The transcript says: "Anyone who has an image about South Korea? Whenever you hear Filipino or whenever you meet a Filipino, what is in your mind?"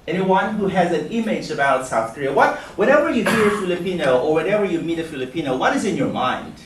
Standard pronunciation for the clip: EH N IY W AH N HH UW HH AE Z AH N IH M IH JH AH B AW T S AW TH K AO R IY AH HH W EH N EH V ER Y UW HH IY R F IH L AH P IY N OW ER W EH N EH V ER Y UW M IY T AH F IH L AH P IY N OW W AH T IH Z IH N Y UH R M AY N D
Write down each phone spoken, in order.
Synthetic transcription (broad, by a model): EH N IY W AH N HH UW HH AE Z AH N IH M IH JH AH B AW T S AW TH K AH R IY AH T W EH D EH V ER Y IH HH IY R F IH L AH P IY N OW ER W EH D EH V ER Y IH M IY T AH F IH L AH P IY N OW W AH T IH Z IH N Y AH R M AY N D